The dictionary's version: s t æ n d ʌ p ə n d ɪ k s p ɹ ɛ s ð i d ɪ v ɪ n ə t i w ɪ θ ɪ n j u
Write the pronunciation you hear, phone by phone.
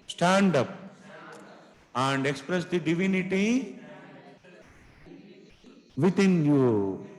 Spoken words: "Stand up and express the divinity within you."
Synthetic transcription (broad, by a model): s t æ n d ʌ p ə n d ɪ k s p ɹ ɛ s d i d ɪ v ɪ n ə t i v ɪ t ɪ n j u